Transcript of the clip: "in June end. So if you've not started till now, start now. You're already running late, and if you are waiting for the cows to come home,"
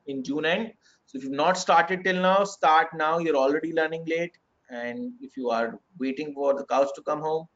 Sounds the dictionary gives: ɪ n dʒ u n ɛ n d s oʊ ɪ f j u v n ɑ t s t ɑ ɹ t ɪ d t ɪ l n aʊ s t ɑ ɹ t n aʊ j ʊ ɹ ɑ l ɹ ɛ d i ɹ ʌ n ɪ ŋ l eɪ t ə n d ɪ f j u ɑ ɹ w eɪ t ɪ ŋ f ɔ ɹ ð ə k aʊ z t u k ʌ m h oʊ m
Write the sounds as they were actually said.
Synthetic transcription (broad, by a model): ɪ n dʒ u n ɛ n d s oʊ ɪ f j u v n ɑ t s t ɑ ɹ t ɪ d t ɪ l n aʊ s t ɑ ɹ t n aʊ j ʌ ɹ ɑ l ɹ ɛ d i l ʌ n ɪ ŋ l eɪ t ə n d ɪ f j u ɑ ɹ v eɪ t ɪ ŋ f ɔ ɹ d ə k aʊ s t u k ʌ m h oʊ m